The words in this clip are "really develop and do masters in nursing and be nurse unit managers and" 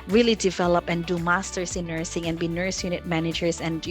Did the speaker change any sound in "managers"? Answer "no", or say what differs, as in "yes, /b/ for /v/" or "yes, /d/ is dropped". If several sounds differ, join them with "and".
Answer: yes, /s/ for /z/